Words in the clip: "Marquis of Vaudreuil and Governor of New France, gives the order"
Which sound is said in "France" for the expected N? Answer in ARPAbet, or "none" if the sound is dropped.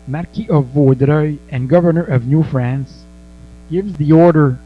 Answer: N